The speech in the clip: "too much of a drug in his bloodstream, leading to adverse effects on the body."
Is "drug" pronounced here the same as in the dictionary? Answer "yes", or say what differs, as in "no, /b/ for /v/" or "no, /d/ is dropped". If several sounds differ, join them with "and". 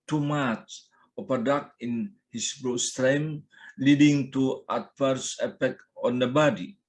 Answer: no, /ɹ/ is dropped